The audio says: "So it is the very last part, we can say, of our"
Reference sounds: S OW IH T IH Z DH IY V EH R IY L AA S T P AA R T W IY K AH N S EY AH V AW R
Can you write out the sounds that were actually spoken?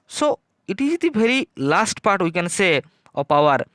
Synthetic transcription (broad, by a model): S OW IH T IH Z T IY B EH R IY L AA S T P AA R T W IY K AH N S EY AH P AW R